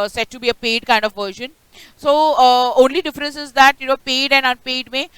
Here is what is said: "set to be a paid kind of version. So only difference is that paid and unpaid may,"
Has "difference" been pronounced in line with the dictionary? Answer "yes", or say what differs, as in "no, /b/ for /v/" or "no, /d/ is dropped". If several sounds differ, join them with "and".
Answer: yes